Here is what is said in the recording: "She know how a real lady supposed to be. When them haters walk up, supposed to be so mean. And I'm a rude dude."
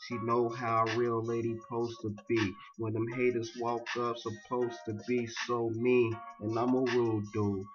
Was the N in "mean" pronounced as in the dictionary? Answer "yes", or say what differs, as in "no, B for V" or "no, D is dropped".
no, N is dropped